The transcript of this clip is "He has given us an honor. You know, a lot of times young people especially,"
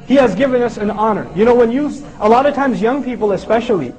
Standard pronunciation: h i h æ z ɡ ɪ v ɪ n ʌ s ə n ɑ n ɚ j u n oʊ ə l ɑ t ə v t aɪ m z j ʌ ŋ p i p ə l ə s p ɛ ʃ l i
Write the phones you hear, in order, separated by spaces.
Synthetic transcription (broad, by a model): h i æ z ɡ ɪ v ɪ n ʌ s ə n ɑ n ɚ j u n oʊ ə l ɑ t ə v t aɪ m z j ʌ ŋ p i p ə l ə s p ɛ ʃ l i